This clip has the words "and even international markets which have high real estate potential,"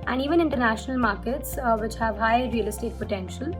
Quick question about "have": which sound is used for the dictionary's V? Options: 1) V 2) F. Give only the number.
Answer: 1